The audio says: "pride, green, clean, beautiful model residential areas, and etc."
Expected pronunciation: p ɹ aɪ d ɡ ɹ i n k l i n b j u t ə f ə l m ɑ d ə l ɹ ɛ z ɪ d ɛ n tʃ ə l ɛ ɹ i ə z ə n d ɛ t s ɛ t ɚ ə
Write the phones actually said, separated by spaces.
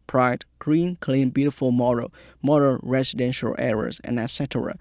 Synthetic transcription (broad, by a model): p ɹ aɪ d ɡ ɹ i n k l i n b j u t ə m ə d m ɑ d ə n ɹ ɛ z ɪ d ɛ n ʃ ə l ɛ ɹ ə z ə n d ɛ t s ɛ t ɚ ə